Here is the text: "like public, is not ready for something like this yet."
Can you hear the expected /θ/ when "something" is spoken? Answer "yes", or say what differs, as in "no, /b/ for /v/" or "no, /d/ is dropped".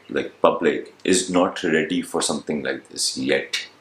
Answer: no, /t/ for /θ/